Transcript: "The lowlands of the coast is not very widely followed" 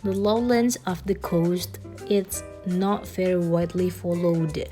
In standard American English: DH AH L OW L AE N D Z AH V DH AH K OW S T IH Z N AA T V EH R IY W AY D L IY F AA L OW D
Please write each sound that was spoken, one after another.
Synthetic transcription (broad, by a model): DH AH L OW L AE N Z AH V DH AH K OW S T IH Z N AA T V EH R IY W AY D L IY F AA L OW D